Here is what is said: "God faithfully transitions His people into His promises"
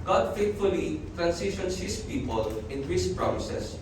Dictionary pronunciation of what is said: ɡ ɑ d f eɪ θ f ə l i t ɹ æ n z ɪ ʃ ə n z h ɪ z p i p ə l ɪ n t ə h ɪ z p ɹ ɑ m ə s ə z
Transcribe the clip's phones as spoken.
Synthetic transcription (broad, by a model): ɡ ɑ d f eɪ t f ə l i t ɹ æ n s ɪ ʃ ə n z h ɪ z p i p ə l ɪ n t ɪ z p ɹ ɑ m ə s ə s